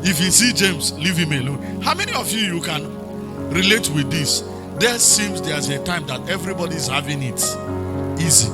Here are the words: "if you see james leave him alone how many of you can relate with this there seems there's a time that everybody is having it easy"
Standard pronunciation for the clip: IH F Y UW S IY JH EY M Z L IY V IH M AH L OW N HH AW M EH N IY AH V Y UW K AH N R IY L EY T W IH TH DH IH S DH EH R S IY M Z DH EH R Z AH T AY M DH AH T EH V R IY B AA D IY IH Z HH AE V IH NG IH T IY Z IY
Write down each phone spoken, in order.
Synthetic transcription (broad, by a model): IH F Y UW S IY JH EY M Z L IY V IH M AH L OW N HH AW M EH N IY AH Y Y UW K AH N R IY L EY T W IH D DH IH S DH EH S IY M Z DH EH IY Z AH T AY M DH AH T EH V R IY B AA D IY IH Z HH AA V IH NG IH T IY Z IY